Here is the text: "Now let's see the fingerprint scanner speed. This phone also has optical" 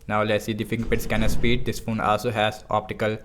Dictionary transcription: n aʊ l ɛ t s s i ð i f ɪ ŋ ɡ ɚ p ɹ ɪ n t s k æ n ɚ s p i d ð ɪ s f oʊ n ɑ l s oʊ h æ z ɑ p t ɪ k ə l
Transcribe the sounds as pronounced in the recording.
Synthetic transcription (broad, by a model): n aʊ l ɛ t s s i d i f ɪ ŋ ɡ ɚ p ɪ t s k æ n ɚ s p i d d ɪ s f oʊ n ɑ l s oʊ h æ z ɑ p t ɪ k ə l